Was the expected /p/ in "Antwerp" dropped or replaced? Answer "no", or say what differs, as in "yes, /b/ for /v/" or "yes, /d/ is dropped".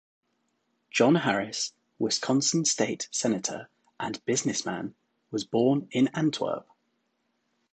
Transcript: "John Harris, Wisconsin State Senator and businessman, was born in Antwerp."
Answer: yes, /b/ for /p/